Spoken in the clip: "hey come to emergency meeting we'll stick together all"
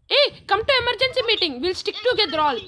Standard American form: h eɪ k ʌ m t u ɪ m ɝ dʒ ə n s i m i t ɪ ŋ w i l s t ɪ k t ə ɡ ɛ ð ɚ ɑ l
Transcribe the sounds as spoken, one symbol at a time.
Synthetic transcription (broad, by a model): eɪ k ʌ m t u ɪ m ɝ dʒ ə n s i m i t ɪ ŋ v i l s t ɪ k t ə ɡ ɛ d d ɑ l